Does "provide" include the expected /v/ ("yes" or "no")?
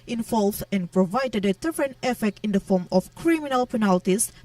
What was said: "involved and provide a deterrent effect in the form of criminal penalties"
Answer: yes